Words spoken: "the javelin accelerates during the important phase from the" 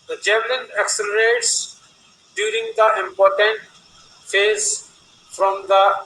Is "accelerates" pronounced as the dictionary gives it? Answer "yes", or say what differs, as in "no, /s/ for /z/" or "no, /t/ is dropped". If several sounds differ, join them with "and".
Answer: yes